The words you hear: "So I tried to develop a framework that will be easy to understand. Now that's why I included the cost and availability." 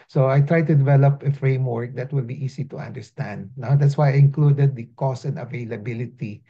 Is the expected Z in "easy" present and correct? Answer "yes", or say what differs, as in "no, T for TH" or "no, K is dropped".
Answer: no, S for Z